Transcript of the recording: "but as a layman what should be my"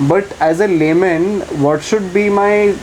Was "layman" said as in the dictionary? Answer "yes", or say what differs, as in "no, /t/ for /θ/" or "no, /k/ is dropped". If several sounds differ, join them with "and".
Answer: yes